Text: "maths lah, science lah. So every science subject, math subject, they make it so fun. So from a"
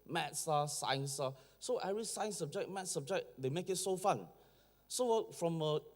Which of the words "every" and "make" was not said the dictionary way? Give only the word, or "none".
every